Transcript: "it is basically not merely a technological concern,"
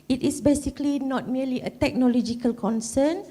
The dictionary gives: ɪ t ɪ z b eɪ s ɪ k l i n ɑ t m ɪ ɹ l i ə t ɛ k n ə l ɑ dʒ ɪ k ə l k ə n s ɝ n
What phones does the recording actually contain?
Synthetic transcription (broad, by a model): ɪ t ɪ s b eɪ s ɪ k l i n ɑ t m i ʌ l i ə t ɛ k n ə l ɑ dʒ ɪ k ə l k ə n s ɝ n